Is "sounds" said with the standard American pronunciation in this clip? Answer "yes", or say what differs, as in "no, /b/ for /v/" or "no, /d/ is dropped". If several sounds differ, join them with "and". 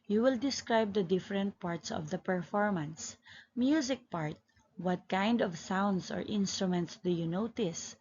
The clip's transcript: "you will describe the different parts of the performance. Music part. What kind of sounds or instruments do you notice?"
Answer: no, /s/ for /z/